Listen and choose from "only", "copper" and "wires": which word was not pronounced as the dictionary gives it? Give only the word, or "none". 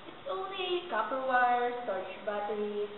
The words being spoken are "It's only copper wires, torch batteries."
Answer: wires